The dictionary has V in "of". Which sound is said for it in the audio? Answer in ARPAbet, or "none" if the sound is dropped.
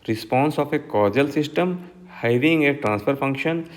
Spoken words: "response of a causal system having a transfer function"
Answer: P